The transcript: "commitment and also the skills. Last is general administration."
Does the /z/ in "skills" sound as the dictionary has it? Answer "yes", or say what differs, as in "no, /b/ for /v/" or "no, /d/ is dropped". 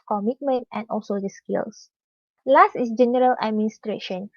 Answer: no, /s/ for /z/